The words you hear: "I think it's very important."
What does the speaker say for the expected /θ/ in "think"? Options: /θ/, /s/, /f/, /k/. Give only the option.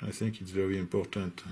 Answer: /θ/